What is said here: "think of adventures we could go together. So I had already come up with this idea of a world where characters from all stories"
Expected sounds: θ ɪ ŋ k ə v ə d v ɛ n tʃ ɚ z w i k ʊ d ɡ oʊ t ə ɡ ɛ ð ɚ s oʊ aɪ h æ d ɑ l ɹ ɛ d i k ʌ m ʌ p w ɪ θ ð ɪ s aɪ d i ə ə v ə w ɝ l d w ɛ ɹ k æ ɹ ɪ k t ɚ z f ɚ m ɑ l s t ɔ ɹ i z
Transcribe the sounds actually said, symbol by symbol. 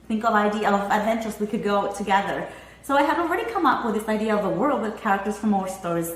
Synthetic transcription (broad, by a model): θ ɪ ŋ k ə v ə d v ɛ n tʃ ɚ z w i k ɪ d ɡ oʊ t ə ɡ ɛ ð ɚ s oʊ aɪ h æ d ɑ l ɹ ɛ d i k ʌ m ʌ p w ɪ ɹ ð ɪ s aɪ d i ə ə v ə w ɝ l d w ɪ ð k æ ɹ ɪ k t ɚ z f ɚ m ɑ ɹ s t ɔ ɹ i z